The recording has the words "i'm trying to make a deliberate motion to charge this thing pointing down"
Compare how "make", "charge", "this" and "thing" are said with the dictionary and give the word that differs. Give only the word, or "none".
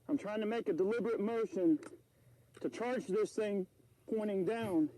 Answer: none